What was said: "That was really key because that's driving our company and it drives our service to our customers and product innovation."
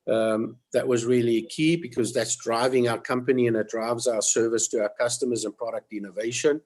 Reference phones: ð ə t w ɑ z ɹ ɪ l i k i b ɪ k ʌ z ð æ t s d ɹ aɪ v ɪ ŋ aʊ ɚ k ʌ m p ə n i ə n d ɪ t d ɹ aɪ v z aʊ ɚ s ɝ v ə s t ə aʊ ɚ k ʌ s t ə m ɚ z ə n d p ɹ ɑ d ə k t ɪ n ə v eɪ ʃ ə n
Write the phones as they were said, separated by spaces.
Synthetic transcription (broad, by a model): ð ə t w ɑ z ɹ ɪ l i k i b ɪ k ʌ z ð æ t s d ɹ aɪ v ɪ ŋ aʊ ɚ k ʌ m p ə n i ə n ɪ t d ɹ aɪ v z aʊ ɚ s ɝ v ə s t ə aʊ ɚ k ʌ s t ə m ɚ z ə n p ɹ ɑ d ə k t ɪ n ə v eɪ ʃ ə n